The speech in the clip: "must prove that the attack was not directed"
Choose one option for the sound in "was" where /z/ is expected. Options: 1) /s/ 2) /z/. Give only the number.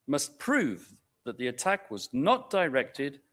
2